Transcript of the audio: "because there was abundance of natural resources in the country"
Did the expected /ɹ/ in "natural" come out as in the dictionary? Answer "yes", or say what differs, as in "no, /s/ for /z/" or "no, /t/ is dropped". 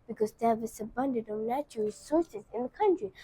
no, /ɹ/ is dropped